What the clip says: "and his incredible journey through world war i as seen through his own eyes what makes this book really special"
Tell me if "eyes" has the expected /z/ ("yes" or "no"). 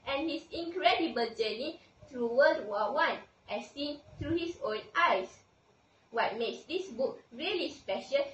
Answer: no